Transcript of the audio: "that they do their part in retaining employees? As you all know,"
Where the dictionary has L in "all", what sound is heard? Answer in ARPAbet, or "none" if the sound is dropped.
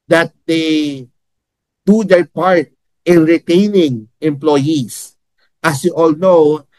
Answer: L